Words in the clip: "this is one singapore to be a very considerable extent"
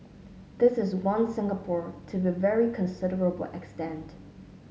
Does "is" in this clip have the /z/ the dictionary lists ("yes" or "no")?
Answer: yes